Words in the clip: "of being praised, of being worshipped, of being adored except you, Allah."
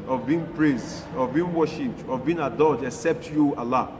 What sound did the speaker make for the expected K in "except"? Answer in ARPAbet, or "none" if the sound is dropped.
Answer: K